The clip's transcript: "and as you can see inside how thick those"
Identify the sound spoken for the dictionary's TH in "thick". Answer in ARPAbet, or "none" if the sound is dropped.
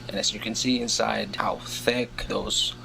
TH